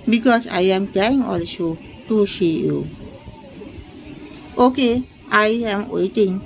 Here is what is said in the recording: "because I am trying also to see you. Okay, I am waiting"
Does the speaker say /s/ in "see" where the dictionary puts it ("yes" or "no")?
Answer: no